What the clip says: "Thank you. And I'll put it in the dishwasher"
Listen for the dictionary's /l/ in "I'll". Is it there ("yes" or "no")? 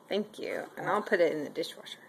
no